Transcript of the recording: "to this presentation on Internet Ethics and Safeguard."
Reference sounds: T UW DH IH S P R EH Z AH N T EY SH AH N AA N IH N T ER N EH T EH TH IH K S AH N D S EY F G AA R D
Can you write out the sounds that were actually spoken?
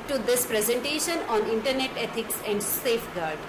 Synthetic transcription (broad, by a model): T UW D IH S P R EH Z AH N T EY SH AH N AA N IH N T ER N EH T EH T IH K S AH N D S EY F G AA R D